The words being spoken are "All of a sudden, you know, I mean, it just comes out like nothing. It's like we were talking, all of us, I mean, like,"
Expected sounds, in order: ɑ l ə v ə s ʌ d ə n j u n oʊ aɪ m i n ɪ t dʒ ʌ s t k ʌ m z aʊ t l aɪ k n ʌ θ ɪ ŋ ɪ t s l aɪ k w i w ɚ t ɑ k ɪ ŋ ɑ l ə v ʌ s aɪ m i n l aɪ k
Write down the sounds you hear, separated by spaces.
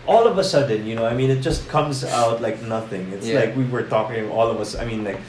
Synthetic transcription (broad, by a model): ɑ l ə v ə s ʌ d n j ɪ n oʊ aɪ m i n ɪ t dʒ ʌ s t k ʌ m z aʊ t l aɪ k n ʌ θ ɪ ŋ ɪ t s l aɪ k w i w ɚ t ɑ k ɪ ŋ ɑ l ə v ʌ s aɪ m i n l aɪ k